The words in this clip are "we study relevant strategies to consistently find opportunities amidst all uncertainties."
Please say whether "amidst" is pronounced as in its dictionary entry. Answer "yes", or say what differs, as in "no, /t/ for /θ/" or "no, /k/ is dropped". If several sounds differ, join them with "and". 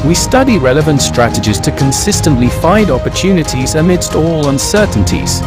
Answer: yes